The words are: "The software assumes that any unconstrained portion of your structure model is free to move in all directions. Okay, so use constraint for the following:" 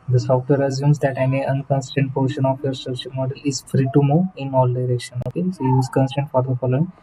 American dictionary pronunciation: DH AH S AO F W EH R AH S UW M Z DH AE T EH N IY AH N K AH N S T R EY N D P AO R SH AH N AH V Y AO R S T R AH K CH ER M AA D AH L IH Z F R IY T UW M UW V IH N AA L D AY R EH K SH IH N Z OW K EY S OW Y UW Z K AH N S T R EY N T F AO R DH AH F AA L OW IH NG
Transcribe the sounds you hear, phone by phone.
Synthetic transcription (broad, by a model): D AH S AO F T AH R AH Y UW M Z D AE T EH N IY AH N K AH N S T EY N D P AO R SH AH N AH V Y AO R S T R AH K CH ER M AA D AH L IH Z F R IY T UW M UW IH N AA L D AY R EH K SH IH N OW K EY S OW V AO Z K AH N S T EY N T F AO R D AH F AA L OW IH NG